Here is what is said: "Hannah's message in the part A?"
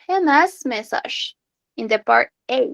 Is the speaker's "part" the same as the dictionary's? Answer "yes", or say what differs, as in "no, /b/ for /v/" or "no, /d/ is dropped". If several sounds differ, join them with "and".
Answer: yes